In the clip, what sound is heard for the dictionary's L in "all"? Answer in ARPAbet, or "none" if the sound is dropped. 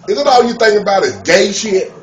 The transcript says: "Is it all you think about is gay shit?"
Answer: W